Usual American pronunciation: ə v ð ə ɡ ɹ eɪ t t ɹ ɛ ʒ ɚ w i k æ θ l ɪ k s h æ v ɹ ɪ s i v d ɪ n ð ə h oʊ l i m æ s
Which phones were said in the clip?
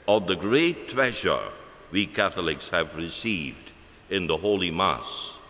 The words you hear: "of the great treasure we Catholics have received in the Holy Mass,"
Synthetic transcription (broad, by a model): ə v ð ə ɡ ɹ eɪ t t ɹ ɛ ʒ ɚ w i k æ θ l ɪ k s h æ v ɹ ɪ s i v d ɪ n ð ə h oʊ l i m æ s